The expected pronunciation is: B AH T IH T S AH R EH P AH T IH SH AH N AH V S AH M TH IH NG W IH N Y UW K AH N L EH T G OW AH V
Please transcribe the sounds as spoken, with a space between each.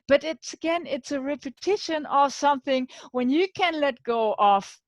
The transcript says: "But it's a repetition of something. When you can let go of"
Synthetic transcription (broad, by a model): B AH T IH T S AH R EH P AH T IH SH AH N AH V S AH M TH IH NG W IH N Y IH K AH N L EH T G OW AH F